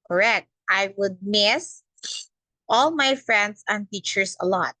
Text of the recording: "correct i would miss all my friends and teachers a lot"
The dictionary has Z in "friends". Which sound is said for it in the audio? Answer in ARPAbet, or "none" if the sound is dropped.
S